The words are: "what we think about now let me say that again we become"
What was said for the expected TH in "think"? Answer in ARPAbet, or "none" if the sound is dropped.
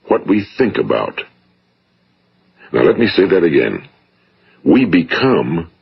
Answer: TH